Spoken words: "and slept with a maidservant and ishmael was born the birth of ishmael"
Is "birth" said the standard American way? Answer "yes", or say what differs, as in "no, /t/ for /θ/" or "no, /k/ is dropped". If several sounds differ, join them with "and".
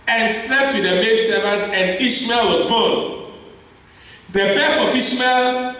no, /f/ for /θ/